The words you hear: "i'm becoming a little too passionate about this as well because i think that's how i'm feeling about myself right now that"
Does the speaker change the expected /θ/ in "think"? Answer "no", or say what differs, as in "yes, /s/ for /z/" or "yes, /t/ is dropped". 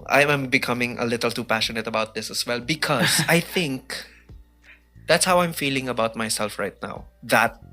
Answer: no